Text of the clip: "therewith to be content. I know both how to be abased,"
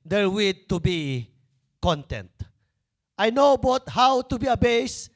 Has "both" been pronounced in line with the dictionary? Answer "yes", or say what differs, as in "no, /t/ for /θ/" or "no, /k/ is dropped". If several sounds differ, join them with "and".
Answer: no, /t/ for /θ/